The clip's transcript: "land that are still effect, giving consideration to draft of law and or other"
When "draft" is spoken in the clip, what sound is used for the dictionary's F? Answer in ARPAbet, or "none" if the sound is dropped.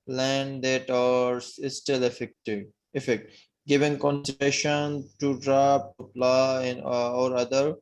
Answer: P